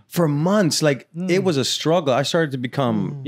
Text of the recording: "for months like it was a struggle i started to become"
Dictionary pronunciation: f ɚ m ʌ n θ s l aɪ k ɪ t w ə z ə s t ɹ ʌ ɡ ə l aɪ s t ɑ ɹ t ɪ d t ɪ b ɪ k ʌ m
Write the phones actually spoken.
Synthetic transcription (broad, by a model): f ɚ m ʌ n θ s l aɪ k ɪ t w ə z ə s t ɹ ʌ ɡ l aɪ s t ɑ ɹ t ɪ d t ɪ b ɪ k ʌ m